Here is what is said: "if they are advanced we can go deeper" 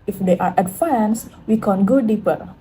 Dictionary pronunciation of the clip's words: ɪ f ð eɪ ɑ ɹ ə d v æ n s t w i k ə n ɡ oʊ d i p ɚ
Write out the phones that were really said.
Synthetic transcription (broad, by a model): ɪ f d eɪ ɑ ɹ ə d f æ n s w i k ə n ɡ oʊ d i p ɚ